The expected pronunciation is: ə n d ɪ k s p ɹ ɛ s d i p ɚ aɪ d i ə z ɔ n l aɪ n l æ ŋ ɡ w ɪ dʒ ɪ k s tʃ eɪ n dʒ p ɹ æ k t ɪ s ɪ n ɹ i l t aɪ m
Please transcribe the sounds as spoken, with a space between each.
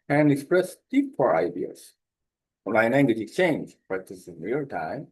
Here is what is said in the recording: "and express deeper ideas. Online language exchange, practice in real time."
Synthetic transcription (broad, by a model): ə n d ɪ k s p ɹ ɛ s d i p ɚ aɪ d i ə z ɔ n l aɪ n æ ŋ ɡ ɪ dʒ ɪ k s tʃ eɪ n dʒ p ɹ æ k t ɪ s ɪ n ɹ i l t aɪ m